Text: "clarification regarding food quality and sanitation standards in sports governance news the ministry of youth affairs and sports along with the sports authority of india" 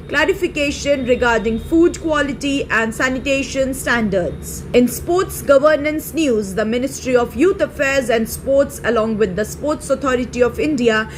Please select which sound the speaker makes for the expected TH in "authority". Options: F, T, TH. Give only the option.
T